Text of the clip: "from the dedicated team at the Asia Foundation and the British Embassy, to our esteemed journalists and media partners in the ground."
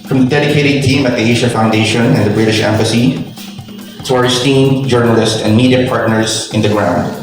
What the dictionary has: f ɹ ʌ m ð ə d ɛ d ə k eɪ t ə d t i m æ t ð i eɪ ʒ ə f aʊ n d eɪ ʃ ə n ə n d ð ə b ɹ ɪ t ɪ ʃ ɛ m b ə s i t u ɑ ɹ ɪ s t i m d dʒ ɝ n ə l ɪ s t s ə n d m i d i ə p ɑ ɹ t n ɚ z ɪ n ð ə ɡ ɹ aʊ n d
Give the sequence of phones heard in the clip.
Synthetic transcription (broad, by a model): f ɹ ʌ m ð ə d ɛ d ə k eɪ t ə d t i m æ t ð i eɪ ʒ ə f aʊ n d eɪ ʃ ə n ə n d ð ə b ɹ ɪ t ɪ ʃ ɛ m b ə s i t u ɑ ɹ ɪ s t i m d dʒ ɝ n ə l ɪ s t ə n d m i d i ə p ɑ ɹ t n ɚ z ɪ n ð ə ɡ ɹ aʊ n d